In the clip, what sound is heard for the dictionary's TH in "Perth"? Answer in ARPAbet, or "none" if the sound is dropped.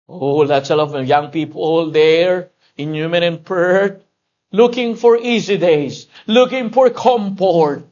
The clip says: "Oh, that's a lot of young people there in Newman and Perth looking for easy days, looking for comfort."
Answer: T